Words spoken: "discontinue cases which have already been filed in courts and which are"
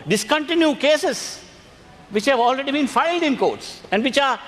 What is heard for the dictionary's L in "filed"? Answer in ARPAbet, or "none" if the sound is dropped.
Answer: L